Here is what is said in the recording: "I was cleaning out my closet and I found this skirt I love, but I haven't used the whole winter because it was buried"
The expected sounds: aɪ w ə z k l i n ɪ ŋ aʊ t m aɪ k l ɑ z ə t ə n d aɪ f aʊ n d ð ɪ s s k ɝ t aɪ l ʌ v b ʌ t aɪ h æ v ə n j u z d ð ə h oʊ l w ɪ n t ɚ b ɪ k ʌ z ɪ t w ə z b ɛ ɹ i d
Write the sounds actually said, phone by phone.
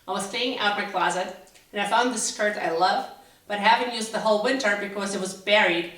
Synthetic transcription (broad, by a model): aɪ w ə z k i ɪ ŋ aʊ t m aɪ k l ɑ z ə t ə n aɪ f aʊ n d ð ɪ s s k ɝ t aɪ l ʌ v b ʌ t h æ v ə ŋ j u z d ð ə h oʊ l w ɪ n t ɚ b ɪ k ʌ z ɪ t w ə z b ɛ ɹ i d